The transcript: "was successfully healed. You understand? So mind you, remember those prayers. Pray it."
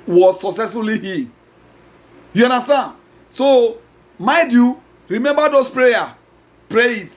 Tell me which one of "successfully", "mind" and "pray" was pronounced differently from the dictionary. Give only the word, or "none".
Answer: mind